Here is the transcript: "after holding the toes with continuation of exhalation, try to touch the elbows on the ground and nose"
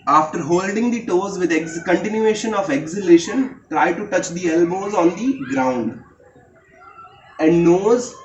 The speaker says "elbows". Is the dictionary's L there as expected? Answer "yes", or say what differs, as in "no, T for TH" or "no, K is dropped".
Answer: yes